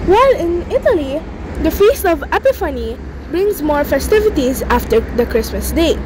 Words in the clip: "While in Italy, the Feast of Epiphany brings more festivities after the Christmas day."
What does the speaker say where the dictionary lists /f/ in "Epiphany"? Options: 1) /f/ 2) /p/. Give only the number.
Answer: 1